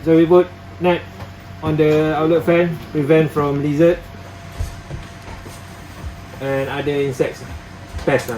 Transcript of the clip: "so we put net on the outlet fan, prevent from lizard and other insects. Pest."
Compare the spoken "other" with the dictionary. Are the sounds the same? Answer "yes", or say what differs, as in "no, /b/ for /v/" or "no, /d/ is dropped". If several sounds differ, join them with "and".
no, /ð/ is dropped